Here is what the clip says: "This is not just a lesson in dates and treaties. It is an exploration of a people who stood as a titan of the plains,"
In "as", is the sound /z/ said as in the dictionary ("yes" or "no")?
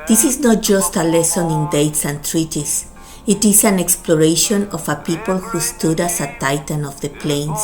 no